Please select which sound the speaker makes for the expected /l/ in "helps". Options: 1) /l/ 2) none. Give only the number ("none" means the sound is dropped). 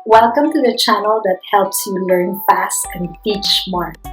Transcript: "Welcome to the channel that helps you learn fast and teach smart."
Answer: 1